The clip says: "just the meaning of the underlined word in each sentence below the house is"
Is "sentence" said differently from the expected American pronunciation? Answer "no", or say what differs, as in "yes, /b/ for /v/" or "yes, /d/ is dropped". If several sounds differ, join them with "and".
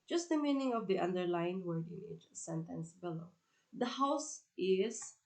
no